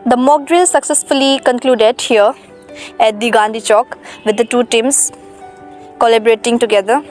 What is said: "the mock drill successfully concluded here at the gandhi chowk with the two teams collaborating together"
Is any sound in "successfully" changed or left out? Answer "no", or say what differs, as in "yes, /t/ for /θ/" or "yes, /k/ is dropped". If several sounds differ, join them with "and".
no